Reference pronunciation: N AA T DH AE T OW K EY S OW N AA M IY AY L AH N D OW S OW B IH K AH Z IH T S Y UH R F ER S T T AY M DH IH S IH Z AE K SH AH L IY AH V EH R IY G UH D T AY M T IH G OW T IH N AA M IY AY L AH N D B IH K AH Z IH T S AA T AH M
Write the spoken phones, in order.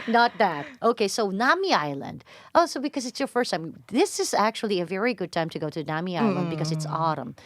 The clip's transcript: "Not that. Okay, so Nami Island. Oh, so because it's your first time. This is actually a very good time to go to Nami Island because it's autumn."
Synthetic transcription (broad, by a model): N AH T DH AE T OW K EY S OW N AA M IY AY L AH N D OW S OW B IH K AH Z IH T S Y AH R F ER S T T AY M DH IH S IH Z AE K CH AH L IY AH V EH R IY G UH D T AY M T IH G OW T IH N AA M IY AY L AH N D B IH K AH Z IH T S AA T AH M